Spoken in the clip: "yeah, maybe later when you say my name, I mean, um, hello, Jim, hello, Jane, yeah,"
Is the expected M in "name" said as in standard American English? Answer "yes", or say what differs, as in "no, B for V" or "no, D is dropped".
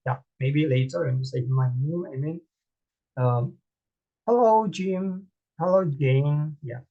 no, M is dropped